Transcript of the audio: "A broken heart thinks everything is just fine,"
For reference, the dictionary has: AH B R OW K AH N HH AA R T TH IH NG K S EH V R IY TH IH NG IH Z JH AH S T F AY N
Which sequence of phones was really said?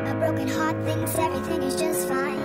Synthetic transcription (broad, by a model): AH B R OW K AH N HH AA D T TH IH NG S EH V R IY TH IH NG IH Z JH AH S T F AY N